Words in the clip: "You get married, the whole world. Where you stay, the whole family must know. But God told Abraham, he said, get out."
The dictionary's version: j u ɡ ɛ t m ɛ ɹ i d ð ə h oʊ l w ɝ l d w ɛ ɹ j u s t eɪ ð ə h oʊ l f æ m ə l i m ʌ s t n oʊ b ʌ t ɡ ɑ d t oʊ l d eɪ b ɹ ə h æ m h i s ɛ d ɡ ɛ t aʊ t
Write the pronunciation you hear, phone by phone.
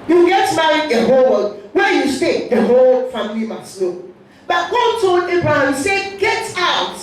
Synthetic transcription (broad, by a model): j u ɡ ɛ t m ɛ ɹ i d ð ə h oʊ l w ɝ d w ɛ j u s t eɪ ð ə h oʊ l f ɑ m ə l i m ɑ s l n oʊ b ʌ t ɡ ɑ d t oʊ l d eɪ b ɹ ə h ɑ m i s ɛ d ɡ ɛ t aʊ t